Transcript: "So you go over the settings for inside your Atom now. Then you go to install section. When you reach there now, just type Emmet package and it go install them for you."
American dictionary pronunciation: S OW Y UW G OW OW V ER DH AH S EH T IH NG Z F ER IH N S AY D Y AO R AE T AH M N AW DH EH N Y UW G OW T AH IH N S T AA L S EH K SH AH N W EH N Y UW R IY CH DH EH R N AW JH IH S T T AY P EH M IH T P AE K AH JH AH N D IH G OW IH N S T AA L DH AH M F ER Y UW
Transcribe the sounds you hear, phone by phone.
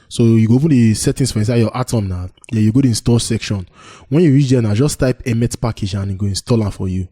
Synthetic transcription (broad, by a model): S OW Y UW G OW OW P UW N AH S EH T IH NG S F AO IH N S AY D Y AO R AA T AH M N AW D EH Y UW G OW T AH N S T AA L S EH K SH AH N W EH N Y UW R IY CH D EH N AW JH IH S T T AY P EH M IH T P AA K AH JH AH N IH G OW IH N S T AA L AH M F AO Y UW